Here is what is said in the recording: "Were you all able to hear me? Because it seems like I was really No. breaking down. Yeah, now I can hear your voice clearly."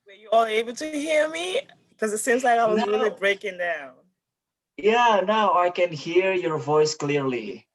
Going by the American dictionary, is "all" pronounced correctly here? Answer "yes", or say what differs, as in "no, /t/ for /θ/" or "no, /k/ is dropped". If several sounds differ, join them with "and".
no, /n/ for /l/